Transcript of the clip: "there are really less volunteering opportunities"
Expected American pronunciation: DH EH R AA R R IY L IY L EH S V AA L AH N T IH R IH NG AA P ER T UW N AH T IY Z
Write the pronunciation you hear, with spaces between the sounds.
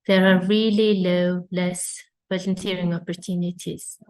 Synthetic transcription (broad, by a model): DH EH R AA R L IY L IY L EH S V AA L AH N T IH R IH NG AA P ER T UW N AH T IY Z